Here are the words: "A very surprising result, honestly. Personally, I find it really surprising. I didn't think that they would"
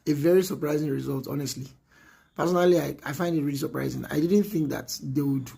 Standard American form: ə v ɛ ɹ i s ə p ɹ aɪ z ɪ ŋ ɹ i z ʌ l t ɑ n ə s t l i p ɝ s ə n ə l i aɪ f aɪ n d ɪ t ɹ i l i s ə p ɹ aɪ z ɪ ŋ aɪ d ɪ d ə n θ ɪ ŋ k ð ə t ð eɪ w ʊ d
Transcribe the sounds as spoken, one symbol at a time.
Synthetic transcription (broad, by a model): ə v ɛ ɹ i s ə p ɹ aɪ z ɪ ŋ ɹ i z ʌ l t ɑ n ə s t l i p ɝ s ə n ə l i aɪ f aɪ n d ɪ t ɹ i l i s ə p ɹ aɪ z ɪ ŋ aɪ d ɪ d ə n θ ɪ ŋ k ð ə t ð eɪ w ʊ d